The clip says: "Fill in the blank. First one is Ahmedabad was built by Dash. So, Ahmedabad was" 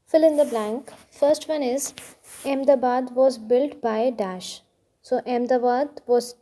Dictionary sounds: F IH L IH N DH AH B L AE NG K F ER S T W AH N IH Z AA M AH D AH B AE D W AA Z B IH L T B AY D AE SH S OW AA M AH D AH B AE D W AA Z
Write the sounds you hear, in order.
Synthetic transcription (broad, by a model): F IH L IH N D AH B L AE NG K F ER S T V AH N IH Z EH M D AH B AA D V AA Z B IH L T B AY D AE SH S OW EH M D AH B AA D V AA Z